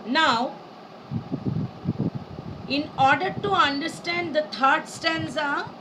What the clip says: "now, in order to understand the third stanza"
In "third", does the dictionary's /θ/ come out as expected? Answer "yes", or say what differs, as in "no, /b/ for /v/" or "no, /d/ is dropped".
no, /t/ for /θ/